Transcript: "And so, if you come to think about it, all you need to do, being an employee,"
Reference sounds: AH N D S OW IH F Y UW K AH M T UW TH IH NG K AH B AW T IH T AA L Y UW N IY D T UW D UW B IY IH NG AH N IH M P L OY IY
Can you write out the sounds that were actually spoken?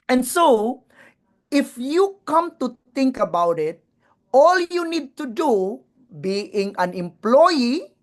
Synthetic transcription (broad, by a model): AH N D S OW IH F Y UW K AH M T UW T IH NG K AH B AW T IH T AA L Y UW N IY D T UW D UW B IY IH NG AH N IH M P L OY IY